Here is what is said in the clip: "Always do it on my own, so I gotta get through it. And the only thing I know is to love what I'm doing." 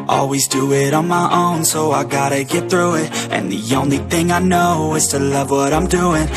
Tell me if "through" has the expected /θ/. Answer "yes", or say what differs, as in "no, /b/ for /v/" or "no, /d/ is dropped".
yes